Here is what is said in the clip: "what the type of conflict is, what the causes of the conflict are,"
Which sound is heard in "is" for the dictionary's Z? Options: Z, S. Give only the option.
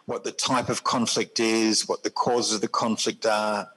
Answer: Z